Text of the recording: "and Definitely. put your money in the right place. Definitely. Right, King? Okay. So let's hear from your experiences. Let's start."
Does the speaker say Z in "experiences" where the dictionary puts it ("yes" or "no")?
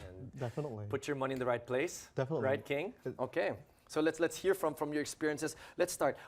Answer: no